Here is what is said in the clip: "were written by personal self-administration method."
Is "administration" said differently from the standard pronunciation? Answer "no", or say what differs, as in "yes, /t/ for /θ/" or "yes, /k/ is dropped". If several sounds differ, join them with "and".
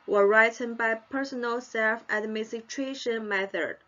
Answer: yes, /s/ is dropped